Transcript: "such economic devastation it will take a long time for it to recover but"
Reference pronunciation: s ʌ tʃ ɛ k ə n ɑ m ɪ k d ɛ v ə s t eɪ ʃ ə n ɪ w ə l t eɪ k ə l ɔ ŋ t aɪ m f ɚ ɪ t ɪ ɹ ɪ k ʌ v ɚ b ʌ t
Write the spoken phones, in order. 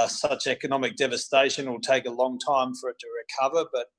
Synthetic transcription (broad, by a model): s ʌ tʃ ɛ k ə n ɑ m ɪ k d ɛ v ə s t eɪ ʃ ə n w ə l t eɪ k ə l ɔ ŋ t aɪ m f ɚ ɪ t ɪ ɹ ɪ k ʌ v ɚ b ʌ t